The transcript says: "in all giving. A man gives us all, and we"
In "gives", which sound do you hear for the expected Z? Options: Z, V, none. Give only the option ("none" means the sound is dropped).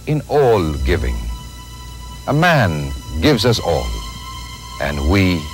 Z